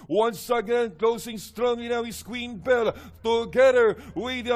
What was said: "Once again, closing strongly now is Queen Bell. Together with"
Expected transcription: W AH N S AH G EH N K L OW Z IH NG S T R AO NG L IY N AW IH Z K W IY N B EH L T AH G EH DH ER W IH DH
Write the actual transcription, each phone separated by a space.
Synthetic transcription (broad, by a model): W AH N S AH G EH N K L OW S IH NG S T R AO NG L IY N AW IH S K W IY N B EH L T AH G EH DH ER W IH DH